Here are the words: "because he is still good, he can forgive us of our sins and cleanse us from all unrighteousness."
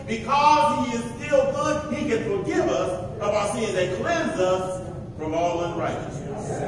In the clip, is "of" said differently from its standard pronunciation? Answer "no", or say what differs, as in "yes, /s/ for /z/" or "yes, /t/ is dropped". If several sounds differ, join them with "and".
yes, /b/ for /v/